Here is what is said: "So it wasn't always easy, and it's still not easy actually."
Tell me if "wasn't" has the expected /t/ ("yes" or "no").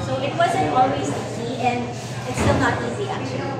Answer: no